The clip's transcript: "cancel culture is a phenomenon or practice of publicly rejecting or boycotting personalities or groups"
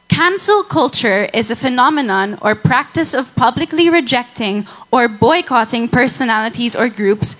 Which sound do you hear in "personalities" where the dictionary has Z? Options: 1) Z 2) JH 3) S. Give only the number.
1